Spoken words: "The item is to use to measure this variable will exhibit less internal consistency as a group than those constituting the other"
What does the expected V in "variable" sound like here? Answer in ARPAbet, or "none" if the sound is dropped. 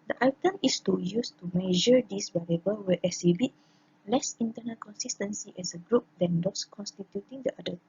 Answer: B